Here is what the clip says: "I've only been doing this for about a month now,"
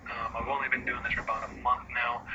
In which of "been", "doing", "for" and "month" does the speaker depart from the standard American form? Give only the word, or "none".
none